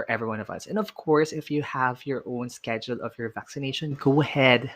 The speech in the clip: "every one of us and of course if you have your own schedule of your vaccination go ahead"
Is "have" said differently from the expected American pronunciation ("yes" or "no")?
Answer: no